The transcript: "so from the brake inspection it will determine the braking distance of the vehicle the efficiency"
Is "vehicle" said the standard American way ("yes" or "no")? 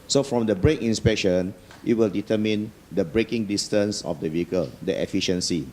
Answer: yes